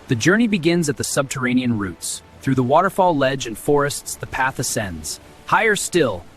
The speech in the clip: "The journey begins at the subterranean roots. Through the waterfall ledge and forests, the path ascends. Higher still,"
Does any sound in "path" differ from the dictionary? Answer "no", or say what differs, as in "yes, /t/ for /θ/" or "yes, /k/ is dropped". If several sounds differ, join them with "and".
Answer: no